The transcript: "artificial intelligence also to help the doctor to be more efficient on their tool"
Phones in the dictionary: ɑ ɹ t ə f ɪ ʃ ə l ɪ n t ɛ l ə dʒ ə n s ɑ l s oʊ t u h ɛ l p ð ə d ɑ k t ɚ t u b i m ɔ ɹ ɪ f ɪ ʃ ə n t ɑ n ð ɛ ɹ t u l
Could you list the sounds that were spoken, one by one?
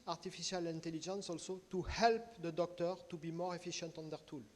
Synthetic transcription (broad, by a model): ɑ ɹ t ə f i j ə l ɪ n t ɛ l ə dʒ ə n s ɑ l s oʊ t u h ɛ l p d ə d ɑ k t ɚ t u b i m ɔ ɹ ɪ f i ʃ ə n t ɑ n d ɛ ɹ t u l